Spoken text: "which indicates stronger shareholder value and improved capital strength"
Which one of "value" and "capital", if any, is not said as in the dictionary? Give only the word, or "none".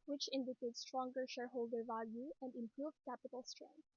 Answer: none